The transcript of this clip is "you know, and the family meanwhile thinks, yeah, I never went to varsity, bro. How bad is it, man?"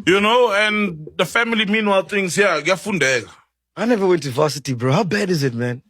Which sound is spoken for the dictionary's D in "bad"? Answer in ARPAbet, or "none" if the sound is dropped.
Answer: D